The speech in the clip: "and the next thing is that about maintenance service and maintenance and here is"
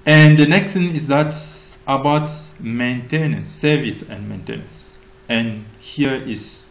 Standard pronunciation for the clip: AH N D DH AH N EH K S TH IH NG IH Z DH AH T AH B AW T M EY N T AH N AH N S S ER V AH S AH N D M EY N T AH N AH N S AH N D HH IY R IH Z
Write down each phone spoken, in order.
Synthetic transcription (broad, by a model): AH N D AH N EH K S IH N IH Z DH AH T AH B AW T M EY N T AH N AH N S S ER V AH S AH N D M EY N T AH N AH N S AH N HH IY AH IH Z